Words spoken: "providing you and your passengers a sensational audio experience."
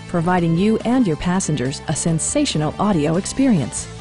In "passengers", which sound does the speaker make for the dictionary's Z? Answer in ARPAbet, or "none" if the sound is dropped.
Z